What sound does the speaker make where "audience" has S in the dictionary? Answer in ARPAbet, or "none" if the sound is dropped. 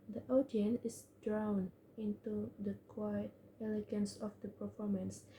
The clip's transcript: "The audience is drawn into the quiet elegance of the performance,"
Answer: none